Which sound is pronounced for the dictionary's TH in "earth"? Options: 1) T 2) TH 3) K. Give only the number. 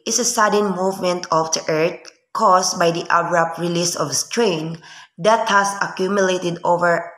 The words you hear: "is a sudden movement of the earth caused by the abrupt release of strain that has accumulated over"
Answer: 1